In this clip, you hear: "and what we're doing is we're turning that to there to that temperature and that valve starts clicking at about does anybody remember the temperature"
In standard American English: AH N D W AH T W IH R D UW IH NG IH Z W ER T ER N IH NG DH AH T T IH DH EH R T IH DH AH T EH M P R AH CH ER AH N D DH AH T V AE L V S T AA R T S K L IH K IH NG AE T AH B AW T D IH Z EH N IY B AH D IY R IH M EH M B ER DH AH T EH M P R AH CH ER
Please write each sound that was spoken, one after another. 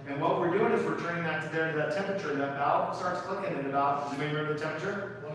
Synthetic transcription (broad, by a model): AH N W AH T W IH R D UW IH NG IH Z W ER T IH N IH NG DH AH T T IH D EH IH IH DH AH T EH M P R AH CH ER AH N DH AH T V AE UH S T AA R T S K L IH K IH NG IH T AH B AW T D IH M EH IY AH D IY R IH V DH AH T EH M P R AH CH ER